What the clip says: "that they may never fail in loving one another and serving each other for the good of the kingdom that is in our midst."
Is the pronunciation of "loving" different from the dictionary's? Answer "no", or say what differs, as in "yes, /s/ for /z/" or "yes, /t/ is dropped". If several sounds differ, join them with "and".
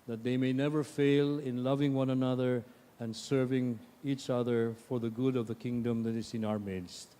no